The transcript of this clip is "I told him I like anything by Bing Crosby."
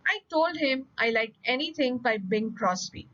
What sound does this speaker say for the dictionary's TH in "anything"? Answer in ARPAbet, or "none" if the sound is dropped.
T